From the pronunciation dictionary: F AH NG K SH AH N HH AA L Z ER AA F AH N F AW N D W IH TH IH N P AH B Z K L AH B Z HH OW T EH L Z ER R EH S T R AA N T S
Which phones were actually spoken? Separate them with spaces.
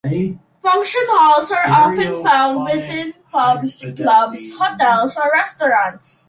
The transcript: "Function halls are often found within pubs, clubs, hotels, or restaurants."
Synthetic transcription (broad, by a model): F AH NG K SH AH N HH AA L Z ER AA F AH N F AW N D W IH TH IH N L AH B S K L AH B S HH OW T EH L S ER R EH S T R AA N T S